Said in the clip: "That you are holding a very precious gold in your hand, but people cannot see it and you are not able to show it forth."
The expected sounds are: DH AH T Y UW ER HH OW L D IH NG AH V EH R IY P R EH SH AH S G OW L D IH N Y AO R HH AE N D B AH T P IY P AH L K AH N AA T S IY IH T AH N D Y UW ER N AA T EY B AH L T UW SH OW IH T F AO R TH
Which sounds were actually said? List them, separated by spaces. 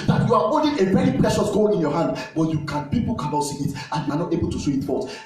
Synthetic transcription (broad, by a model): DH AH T Y UW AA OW N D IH AH V EH R IY P R EH SH AH S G OW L IH N Y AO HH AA N D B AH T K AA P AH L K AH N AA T S IY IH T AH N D Y UW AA N AA T EY B AH L T UW S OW IH T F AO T